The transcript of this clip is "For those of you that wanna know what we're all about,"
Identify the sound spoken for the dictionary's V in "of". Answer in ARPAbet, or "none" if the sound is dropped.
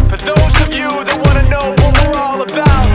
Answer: V